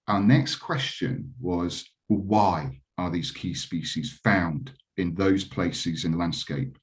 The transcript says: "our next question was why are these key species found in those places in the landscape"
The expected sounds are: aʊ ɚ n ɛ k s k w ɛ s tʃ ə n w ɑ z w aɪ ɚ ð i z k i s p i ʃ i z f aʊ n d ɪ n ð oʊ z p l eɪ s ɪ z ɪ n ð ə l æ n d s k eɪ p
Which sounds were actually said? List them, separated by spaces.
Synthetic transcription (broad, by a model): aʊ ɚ n ɛ k s k w ɛ s tʃ ə n w ɑ z w aɪ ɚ ð i z k i s p i ʃ i z f aʊ n d ɪ n ð oʊ z p l eɪ s ɪ z ɪ n ð ə l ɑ n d s k eɪ p